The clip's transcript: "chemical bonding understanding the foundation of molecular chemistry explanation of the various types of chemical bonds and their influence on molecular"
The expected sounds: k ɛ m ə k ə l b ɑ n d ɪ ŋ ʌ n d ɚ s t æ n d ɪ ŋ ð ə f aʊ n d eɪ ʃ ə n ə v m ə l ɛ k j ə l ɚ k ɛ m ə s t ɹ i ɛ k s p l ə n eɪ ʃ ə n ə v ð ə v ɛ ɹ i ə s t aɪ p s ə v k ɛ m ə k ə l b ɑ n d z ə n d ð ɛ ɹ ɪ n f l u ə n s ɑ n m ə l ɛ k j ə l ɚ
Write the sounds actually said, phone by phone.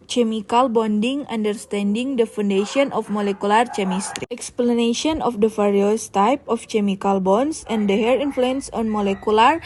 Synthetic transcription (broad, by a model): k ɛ m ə k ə l b ɑ n d ɪ ŋ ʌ n d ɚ s t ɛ n d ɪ ŋ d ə f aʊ n d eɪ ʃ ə n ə f m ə l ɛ k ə l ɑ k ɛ m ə s t ɹ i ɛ k s p l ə n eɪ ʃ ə n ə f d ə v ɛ ɹ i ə s t aɪ p ə f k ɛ m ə k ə l b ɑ n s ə n d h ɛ ɹ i n f l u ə n s ɑ n m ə l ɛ k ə l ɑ